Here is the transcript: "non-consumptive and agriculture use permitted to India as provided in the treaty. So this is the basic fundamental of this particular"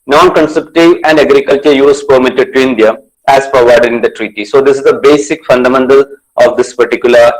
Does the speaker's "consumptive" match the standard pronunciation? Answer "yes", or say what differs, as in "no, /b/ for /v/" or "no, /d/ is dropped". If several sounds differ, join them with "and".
no, /m/ is dropped